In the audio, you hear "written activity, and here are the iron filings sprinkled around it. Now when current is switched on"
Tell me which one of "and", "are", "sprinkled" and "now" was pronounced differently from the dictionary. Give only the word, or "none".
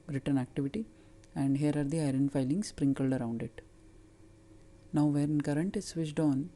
none